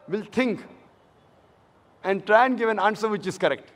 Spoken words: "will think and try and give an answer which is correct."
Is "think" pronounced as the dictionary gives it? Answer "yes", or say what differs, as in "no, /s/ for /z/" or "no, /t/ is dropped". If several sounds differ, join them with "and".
no, /t/ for /θ/